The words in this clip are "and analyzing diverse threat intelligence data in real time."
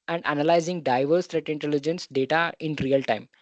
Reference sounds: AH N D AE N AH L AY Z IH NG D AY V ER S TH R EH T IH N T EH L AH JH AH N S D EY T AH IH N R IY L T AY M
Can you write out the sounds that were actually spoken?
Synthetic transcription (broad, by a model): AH N D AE N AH L AY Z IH NG D AY V ER S T R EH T IH N T EH L AH JH AH N S D EY T AH IH N R IY L T AY M